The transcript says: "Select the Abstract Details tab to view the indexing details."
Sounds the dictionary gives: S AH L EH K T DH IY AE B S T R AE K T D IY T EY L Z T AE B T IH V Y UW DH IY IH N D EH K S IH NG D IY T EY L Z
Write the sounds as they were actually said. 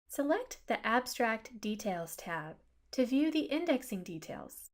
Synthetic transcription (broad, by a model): S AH L EH K T DH IY AE B S T R AE K T D IY T EY L Z T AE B T IH V Y UW DH IY IH N D EH K S IH NG D IY T EY L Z